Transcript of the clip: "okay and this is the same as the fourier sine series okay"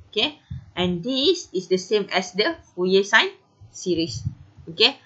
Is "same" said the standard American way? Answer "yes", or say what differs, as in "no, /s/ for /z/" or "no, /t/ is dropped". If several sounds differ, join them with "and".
yes